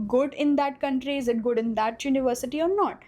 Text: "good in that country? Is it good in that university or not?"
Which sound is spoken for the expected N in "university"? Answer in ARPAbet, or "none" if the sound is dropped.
N